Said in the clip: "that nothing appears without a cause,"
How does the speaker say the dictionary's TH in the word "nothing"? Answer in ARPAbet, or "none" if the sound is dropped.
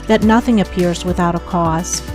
TH